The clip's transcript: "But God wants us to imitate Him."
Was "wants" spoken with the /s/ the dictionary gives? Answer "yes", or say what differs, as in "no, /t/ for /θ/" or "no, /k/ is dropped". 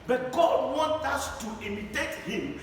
no, /s/ is dropped